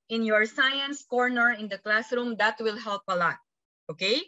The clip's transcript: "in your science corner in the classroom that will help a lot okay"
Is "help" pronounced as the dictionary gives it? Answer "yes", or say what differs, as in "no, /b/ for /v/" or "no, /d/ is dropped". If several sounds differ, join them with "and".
yes